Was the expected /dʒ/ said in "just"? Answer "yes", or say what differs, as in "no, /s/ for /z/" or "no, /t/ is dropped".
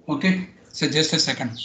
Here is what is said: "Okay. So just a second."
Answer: yes